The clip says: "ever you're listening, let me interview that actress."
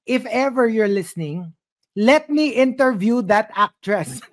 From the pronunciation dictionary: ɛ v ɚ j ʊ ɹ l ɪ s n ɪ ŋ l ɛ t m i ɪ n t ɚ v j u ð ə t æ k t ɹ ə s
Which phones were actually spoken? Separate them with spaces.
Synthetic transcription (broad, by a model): ɛ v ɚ j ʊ ɹ l ɪ s n ɪ ŋ l ɛ t m i ɪ n t ɚ v j u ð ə t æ k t ɹ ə s